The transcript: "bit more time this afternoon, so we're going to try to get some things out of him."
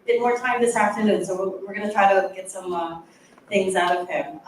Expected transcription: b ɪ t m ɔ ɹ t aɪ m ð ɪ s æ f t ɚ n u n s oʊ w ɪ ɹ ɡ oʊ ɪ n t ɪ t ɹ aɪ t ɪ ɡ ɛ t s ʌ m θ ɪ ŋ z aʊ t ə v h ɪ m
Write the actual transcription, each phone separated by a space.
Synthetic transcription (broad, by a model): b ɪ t m ɔ ɹ t aɪ m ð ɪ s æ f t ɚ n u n s oʊ w ɪ ɹ ɡ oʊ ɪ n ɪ t ɹ aɪ t ɪ ɡ ɛ t s ʌ m θ ɪ ŋ z aʊ t ə v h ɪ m